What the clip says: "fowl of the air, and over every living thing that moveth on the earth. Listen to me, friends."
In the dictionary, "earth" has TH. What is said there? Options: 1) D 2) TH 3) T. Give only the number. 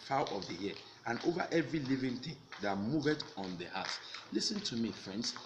3